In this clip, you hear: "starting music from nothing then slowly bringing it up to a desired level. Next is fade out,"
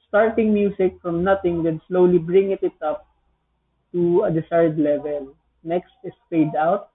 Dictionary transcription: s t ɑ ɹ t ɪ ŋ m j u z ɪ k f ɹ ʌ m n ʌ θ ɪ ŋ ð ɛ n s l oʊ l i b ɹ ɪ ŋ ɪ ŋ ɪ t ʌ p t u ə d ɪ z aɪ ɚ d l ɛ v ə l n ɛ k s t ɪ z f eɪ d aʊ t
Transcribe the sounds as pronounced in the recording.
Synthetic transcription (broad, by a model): s t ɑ ɹ t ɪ ŋ m j u s ɪ k f ɹ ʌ m n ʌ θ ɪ ŋ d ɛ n s l oʊ l i b ɹ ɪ ŋ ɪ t ɪ t ʌ p t u ə d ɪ s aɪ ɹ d l ɛ v ə l n ɛ k s t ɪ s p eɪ d aʊ t